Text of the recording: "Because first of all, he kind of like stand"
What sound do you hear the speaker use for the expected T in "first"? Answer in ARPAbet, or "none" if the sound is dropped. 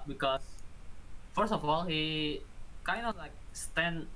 none